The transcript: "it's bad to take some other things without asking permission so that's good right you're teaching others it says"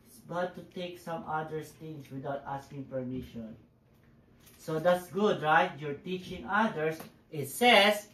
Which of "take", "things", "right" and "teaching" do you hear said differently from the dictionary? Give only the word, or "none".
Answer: things